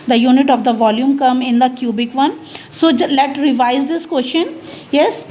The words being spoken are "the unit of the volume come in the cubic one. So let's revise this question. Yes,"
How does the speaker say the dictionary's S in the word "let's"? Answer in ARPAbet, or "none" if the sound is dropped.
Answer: none